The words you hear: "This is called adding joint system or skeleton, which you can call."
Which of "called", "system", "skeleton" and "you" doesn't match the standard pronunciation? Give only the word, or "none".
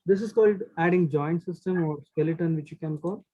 none